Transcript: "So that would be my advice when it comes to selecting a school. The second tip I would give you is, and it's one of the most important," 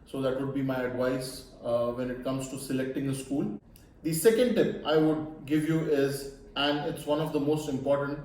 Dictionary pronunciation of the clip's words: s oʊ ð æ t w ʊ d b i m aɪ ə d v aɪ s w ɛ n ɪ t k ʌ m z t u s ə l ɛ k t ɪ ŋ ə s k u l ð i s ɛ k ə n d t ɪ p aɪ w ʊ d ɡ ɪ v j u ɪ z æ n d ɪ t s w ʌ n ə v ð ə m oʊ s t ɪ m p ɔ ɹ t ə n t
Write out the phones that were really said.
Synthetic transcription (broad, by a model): s oʊ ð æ t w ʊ d b i m aɪ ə d v aɪ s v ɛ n ɪ t k ʌ m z t u s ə l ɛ k t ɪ ŋ ə s k u l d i s ɛ k ə n d t ɪ p aɪ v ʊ d ɡ ɪ v j u ɪ z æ n d ɪ t s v ʌ n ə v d ə m oʊ s t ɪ m p ɔ ɹ t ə n t